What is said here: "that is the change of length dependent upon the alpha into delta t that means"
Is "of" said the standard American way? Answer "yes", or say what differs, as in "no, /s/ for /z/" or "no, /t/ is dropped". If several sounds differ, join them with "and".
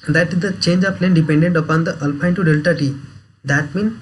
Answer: no, /p/ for /v/